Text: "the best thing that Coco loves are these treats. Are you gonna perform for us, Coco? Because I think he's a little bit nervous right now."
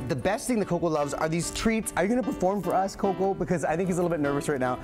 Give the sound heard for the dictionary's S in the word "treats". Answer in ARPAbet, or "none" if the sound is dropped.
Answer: S